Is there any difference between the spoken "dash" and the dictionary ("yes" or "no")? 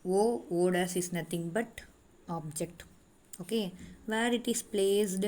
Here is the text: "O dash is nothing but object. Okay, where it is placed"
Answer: yes